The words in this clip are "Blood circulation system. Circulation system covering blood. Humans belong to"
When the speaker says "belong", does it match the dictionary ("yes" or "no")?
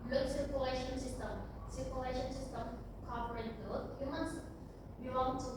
no